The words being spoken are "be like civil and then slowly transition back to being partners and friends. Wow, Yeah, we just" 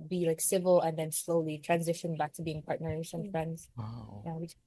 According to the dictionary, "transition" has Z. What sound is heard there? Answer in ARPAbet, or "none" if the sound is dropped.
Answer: Z